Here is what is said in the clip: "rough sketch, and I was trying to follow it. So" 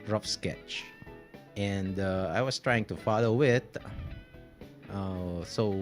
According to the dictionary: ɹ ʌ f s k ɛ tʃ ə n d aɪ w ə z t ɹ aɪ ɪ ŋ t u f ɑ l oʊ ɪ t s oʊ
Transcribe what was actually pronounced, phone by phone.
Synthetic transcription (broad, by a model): ɹ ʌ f s k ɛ tʃ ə n d aɪ w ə s t ɹ aɪ ɪ ŋ t u f ɑ l oʊ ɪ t s oʊ